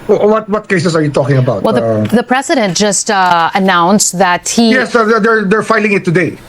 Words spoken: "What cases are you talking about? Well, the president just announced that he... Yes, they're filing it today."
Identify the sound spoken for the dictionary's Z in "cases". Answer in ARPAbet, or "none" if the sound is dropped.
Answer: S